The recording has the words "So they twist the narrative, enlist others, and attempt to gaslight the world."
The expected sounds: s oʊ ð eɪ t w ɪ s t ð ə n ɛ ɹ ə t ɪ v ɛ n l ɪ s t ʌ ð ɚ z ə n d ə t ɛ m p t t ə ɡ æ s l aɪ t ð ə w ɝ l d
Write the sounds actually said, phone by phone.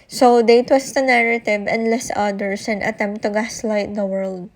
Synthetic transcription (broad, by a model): s oʊ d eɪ t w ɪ s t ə n ɛ ɹ ə t ɪ v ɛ n l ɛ s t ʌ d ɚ s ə n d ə t ɛ m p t t ə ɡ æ s l aɪ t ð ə w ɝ l d